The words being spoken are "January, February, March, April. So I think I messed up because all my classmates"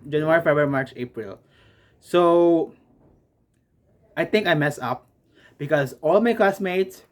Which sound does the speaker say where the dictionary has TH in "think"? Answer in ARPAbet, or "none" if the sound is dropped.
T